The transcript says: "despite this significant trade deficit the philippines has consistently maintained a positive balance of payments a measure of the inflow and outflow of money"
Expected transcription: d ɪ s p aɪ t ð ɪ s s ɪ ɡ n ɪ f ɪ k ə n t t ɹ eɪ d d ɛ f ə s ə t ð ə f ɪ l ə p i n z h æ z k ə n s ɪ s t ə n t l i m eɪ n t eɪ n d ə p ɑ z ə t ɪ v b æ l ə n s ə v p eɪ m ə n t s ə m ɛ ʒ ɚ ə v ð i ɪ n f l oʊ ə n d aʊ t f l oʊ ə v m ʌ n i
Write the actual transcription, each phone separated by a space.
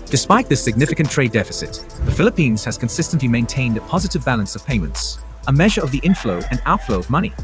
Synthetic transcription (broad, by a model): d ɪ s p aɪ t ð ɪ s s ɪ ɡ n ɪ f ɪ k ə n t t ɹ eɪ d d ɛ f ə s ə t ð ə f ɪ l ə p i n z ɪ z k ə n s ɪ s t ə n t l i m eɪ n t eɪ n d ə p ɑ z ə t ɪ v b æ l ə n s ə v p eɪ m ə n t s ə m ɛ ʒ ɚ ə v ð i ɪ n f l oʊ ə n aʊ t f l oʊ ə v m ʌ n i